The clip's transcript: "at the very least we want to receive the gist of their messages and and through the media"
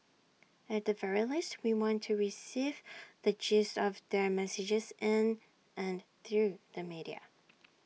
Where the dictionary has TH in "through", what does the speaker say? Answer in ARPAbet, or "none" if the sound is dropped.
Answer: TH